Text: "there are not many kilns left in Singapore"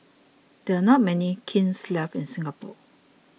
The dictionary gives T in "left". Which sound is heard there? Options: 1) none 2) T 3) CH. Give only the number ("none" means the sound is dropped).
1